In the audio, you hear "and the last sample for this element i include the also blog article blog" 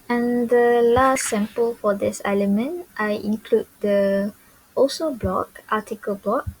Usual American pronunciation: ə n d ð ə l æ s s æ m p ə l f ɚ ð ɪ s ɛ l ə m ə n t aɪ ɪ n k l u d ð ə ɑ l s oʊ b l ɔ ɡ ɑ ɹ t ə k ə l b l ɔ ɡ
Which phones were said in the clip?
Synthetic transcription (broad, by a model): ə n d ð ə l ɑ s s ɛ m p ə l f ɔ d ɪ s ɛ l ə m ə n t aɪ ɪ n k l u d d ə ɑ s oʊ b l ɔ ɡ ɑ t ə k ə l b l ɔ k